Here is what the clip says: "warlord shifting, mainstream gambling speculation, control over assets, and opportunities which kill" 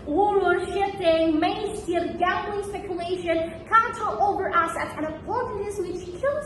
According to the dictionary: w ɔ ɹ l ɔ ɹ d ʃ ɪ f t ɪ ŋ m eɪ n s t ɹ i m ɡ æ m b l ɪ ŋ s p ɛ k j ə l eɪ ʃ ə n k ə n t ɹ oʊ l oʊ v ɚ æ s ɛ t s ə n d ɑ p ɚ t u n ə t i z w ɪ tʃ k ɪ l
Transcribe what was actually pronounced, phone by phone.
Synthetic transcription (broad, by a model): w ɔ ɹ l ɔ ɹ ʃ ɪ f t ɪ ŋ m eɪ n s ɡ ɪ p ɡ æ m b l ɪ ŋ s p ɛ k j ə l eɪ ʃ ə n k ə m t oʊ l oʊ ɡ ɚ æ s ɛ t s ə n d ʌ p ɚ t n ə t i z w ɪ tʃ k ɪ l